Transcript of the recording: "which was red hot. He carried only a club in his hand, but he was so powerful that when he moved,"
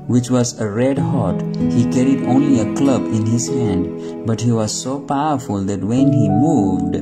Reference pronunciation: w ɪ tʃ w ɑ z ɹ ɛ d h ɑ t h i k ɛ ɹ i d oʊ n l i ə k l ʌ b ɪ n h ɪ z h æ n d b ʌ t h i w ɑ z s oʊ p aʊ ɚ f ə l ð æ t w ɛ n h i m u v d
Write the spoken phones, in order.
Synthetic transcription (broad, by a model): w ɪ tʃ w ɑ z ɹ ɛ d h ɑ t h i k ɛ ɹ i d oʊ n l i ə k l ʌ b ɪ n h ɪ z h æ n d b ʌ t h i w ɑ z s oʊ p aʊ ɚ f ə l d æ t w ɛ n h i m u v d